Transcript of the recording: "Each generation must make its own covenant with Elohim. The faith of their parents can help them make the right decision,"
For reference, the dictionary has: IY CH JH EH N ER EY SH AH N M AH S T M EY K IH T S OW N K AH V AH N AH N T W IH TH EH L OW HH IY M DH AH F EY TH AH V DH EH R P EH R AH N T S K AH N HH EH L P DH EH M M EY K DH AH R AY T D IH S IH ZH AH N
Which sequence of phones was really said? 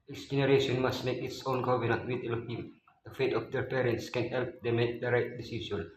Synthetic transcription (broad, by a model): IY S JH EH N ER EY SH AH N M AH S T M EY K IH T S OW N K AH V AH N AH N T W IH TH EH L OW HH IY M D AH F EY T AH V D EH R P EH R AH N T S K AH N HH EH L P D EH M M EY K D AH R AY T D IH S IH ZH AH N